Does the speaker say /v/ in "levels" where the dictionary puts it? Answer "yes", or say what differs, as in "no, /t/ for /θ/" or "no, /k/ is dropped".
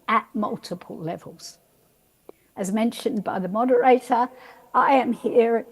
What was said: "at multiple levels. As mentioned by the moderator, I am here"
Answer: yes